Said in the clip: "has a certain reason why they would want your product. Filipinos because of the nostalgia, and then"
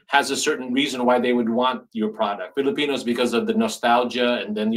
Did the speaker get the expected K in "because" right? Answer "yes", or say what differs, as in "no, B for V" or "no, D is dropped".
yes